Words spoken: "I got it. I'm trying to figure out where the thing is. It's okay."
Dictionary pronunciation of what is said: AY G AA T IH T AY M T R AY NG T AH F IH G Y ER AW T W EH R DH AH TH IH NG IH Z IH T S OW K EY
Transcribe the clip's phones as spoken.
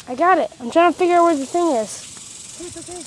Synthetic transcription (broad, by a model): AY G AA T IH T AY M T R AY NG T AH F IH G Y ER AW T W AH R DH AH TH IH NG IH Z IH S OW